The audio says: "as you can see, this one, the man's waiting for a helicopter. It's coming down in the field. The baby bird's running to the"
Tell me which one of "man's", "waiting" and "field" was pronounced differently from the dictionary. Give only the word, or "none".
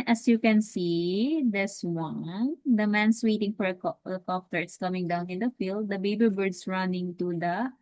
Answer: man's